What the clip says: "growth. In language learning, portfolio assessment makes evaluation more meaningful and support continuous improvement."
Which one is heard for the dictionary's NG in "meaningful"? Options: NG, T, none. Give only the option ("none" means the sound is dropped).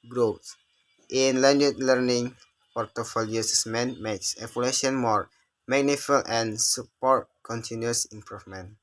none